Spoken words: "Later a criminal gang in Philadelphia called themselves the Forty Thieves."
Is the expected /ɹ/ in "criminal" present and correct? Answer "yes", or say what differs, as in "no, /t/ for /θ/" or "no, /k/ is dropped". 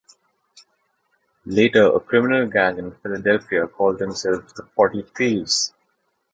yes